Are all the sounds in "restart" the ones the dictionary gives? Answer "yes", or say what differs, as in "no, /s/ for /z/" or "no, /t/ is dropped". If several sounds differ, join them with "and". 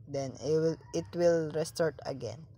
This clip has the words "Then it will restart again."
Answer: yes